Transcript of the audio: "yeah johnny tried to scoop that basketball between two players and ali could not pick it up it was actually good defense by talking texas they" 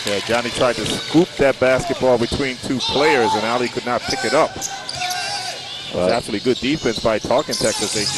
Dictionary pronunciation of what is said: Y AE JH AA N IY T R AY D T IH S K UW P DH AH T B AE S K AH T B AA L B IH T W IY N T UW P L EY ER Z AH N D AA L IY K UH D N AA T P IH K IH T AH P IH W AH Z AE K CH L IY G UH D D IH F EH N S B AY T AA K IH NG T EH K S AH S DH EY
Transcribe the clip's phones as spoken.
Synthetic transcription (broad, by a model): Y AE JH AA N IY T R AY D T IH S K UW P DH AH T B AE S K AH T B AA L B IH T W IY N T UW P L EY ER Z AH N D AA L IY K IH D N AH T P IH K IH T AH P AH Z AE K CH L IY G UH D D IH F EH N S B AY T AA K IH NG T EH K S AH S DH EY